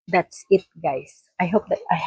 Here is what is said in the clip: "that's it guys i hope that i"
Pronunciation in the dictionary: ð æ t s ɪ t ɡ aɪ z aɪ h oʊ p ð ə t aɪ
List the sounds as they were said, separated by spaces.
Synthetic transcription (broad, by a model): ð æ t s ɪ t ɡ aɪ s aɪ h oʊ p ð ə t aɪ